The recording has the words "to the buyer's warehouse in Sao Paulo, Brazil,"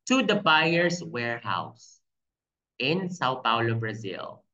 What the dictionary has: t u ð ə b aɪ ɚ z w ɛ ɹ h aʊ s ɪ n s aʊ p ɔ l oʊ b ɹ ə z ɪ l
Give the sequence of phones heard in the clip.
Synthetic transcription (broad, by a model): t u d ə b aɪ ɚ s w ɛ ɹ h aʊ s ɪ n s aʊ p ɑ l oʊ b ɹ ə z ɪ l